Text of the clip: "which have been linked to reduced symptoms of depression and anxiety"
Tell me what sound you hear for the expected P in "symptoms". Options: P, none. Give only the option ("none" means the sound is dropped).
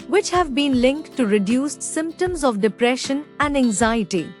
P